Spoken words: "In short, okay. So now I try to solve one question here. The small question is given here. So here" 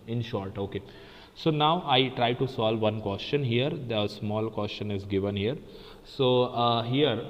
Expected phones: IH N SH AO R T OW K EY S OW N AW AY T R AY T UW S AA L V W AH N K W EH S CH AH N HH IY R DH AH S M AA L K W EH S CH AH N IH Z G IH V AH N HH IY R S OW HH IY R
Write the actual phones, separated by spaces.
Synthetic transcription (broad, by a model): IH N SH AO R T OW K EY S OW N AW AY T R AY T UW S AA L V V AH N K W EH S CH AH N HH IY R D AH S M AA L K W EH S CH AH N IH Z G IH V AH N HH IY R S OW HH IY R